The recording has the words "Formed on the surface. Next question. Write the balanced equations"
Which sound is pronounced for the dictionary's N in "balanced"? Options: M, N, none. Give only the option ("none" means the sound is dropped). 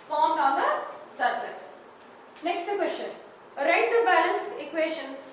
N